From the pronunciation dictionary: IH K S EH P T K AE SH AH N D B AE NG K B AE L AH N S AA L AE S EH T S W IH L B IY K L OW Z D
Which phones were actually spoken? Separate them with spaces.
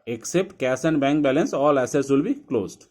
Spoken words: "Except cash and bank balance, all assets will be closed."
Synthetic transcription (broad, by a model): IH K S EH P T K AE S AH N D B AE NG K B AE L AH N S AA L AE S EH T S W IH L B IY K L OW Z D